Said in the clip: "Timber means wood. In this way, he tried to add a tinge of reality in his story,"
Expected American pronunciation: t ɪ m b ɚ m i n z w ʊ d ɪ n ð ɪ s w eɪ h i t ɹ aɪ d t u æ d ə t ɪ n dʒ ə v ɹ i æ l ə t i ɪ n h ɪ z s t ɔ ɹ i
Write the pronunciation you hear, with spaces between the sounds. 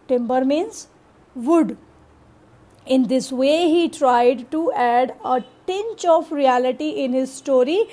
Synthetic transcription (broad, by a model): t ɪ m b ɚ m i n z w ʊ d ɪ n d ɪ s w eɪ h i t ɹ aɪ d t u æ d ə t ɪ n tʃ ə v ɹ i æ l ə t i ɪ n h ɪ z s t ɔ ɹ i